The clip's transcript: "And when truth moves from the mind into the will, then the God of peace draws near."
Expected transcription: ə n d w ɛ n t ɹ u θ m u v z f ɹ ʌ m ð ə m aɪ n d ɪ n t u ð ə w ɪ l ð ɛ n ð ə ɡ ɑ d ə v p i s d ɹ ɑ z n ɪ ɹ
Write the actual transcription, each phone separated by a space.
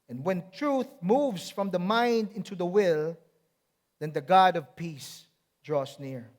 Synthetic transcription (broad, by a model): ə n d w ɛ n t ɹ u θ m u v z f ɹ ʌ m ð ə m aɪ n d ɪ n t u ð ə w ɪ l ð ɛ n ð ə ɡ ɑ d ə v p i s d ɹ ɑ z n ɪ ɹ